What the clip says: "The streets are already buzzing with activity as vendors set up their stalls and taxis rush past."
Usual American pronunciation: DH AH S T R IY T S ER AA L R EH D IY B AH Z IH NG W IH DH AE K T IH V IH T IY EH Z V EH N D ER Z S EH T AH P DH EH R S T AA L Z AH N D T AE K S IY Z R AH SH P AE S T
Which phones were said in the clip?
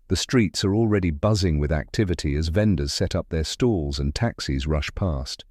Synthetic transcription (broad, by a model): DH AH S T R IY T S ER AA L R EH D IY B AH Z IH NG W IH DH AE K T IH V IH T IY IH Z V EH N D ER Z S EH T AH P DH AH R S T AA L Z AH N T AE K S IY Z R AH SH P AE S T